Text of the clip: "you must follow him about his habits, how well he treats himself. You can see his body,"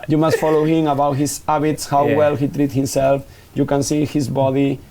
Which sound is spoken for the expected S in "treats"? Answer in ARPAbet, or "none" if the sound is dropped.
none